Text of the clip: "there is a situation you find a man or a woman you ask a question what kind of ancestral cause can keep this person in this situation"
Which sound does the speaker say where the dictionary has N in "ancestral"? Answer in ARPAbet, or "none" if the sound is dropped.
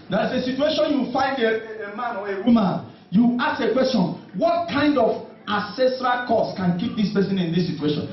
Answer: none